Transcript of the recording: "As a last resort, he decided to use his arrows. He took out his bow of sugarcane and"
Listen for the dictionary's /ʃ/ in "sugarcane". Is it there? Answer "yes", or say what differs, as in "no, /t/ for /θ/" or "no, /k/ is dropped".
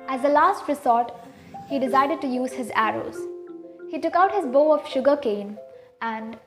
yes